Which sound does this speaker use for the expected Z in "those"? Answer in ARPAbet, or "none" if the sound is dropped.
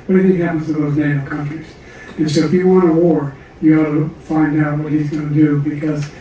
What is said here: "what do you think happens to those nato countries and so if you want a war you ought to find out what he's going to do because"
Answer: Z